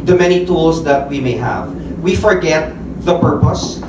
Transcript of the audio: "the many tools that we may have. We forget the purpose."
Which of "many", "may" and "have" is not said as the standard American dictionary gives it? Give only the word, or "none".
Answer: none